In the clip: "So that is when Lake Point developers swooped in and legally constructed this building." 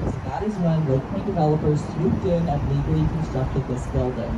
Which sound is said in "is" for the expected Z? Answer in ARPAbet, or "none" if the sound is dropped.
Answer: Z